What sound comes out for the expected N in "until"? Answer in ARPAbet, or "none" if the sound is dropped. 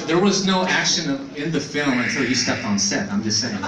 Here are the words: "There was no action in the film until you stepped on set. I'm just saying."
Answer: none